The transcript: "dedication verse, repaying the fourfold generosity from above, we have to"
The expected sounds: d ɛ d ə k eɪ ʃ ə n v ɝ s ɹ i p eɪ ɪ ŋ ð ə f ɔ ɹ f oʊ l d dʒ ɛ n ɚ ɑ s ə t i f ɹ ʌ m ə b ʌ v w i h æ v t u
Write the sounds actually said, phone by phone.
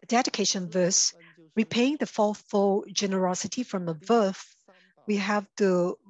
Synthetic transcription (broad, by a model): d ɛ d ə k eɪ ʃ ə n v ɝ s ɹ i p eɪ ɪ ŋ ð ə f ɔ l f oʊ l dʒ ɛ n ɚ ɑ s ə t i f ɹ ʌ m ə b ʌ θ w i h æ v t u